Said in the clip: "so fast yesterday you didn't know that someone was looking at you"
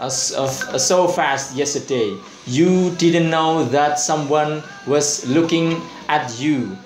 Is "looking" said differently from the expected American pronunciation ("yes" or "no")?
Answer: no